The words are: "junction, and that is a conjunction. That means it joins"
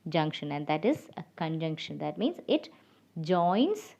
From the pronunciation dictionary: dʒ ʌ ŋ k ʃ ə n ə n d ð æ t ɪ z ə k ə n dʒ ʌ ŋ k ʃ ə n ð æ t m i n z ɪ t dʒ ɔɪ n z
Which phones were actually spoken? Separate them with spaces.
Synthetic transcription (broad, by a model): dʒ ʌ ŋ k ʃ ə n ə n d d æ t ɪ z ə k ə n dʒ ʌ ŋ k ʃ ə n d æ t m i n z ɪ t dʒ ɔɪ n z